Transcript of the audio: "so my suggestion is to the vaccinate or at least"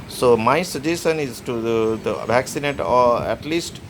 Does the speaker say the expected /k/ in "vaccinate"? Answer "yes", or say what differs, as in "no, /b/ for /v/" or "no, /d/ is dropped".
yes